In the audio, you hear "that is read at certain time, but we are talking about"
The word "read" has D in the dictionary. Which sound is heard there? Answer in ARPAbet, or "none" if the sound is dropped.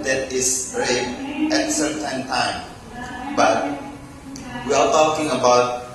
none